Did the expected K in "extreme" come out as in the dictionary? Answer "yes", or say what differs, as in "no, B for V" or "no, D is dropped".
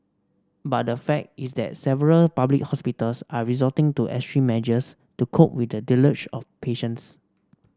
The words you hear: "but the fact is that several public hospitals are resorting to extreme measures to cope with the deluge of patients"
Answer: no, K is dropped